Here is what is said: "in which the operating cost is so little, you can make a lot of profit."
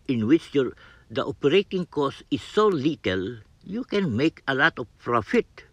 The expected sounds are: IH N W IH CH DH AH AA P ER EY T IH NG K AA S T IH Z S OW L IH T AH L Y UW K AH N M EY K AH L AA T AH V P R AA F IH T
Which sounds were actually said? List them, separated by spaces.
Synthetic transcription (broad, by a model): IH N W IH CH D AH AA P ER EY T IH NG K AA S IH S OW L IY T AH L Y UW K AH N M EY K AH L AA T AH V P R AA F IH T